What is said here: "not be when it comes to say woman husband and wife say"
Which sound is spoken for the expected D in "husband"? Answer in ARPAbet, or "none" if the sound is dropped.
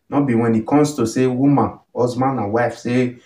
none